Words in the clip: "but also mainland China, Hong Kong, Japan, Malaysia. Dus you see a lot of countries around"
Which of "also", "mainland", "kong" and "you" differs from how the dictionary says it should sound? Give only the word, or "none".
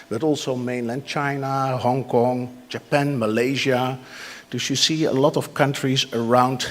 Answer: none